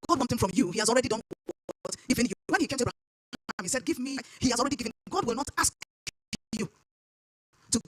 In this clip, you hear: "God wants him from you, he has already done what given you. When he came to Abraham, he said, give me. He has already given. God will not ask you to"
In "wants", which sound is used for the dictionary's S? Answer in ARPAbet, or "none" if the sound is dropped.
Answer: TH